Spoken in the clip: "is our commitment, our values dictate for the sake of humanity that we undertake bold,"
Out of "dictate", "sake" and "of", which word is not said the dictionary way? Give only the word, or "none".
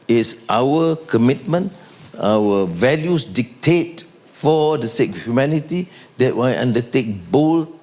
of